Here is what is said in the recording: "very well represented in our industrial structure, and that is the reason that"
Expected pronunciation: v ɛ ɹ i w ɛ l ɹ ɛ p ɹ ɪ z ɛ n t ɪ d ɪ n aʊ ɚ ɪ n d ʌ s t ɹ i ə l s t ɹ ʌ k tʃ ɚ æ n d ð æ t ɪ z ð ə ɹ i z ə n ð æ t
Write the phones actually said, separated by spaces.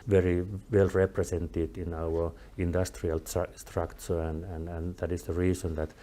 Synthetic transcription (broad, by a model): v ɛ ɹ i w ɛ l ɹ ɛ p ɹ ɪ s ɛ n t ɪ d ɪ n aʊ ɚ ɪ n d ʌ s t ɹ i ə l s t ɹ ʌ k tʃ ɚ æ n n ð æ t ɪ s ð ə ɹ i s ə n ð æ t